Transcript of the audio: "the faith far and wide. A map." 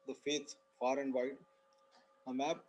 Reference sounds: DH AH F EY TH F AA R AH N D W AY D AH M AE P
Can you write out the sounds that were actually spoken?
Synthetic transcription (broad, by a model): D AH F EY S F AA R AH N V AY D AH M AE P